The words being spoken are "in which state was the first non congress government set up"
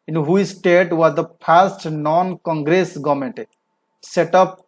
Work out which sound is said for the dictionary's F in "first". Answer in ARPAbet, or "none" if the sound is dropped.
P